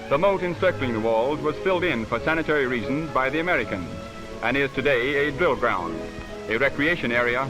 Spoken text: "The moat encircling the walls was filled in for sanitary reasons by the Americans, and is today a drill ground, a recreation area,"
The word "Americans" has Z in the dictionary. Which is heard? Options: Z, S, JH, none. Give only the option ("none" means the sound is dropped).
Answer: Z